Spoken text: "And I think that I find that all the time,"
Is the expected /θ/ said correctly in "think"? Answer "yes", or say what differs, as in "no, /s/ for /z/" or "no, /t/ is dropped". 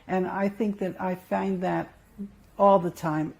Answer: yes